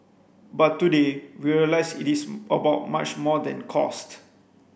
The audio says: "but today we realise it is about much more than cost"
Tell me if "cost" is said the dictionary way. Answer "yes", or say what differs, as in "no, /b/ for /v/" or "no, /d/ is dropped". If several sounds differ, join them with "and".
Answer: yes